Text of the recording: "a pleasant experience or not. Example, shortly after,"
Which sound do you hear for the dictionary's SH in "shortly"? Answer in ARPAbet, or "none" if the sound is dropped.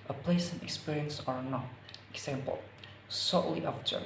S